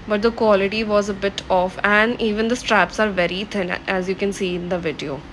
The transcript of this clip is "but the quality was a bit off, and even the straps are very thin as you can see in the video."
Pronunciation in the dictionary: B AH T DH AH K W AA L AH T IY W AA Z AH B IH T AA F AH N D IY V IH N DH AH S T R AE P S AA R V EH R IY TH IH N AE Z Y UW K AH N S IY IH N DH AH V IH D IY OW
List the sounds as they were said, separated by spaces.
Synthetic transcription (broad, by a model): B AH T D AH K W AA L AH T IY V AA Z AH B IH T AA F AH N D IY V IH N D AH S T R AE P S AA R V EH R IY T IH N AE Z Y UW K AH N S IY IH N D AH V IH D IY OW